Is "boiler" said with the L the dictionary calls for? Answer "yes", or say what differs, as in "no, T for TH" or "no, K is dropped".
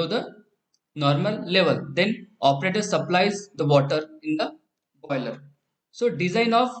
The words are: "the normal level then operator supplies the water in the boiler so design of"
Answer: yes